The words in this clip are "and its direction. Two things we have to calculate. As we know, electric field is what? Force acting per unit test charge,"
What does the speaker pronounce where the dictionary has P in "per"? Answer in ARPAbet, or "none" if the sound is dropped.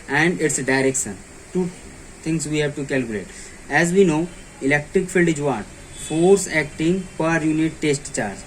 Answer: P